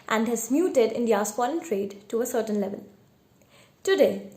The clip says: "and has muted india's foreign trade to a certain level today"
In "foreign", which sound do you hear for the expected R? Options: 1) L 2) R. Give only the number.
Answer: 1